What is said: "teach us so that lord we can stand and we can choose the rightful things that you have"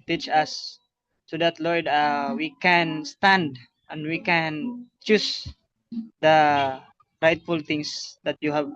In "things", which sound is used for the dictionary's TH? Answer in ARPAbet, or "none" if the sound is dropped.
T